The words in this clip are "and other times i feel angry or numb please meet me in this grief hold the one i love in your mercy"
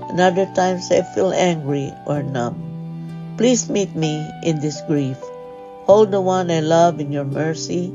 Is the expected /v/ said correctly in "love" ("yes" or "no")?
yes